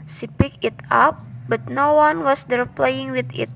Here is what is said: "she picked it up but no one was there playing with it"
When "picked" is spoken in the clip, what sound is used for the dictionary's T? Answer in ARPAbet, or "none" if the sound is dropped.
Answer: none